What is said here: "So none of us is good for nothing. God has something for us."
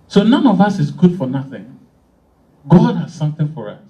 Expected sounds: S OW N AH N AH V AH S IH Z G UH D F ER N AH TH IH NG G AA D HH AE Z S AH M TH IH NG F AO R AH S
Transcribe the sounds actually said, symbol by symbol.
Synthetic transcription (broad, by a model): S OW N AH N AH V AH S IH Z G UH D F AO N AH TH IH NG G AA D HH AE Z S AH M TH IH NG F AO R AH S